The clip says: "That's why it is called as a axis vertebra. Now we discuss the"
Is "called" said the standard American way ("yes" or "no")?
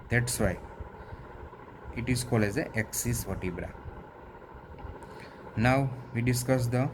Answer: no